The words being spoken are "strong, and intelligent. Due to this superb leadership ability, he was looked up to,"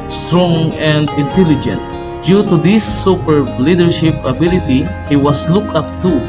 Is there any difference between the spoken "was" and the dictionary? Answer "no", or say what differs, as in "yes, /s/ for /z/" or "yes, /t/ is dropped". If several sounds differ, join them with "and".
yes, /s/ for /z/